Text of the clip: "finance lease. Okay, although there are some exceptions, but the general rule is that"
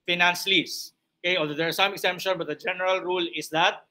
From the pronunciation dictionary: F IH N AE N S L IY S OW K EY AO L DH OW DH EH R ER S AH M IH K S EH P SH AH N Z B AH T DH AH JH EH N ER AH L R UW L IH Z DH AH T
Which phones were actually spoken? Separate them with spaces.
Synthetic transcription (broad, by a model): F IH N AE N S L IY S OW K EY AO L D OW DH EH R S AH M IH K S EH P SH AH N B AH T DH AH JH EH N ER AH L R UW L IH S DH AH T